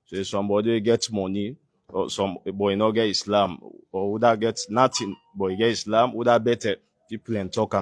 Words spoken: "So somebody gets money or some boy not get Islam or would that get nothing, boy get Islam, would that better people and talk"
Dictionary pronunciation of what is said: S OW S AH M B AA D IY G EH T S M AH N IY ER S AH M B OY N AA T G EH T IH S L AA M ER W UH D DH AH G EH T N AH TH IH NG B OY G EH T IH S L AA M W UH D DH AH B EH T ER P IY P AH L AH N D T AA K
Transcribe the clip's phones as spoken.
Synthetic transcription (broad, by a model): S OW S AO M B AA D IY G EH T M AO N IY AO S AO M B OY N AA G EH T IH S L AA M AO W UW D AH G EH T N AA T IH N B OY G EH T IH S L AA M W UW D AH B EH T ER P IY P AH L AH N T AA K